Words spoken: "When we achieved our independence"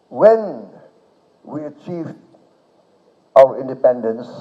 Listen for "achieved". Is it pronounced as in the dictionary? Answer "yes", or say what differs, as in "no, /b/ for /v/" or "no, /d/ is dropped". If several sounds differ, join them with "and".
yes